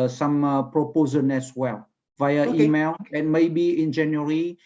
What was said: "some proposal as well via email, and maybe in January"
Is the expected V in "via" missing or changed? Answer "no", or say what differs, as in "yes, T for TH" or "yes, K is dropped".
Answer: no